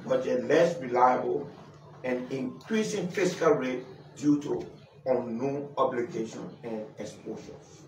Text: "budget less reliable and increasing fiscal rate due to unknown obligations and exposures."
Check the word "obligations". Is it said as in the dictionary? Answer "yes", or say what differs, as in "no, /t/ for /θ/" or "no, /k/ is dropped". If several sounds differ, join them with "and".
no, /z/ is dropped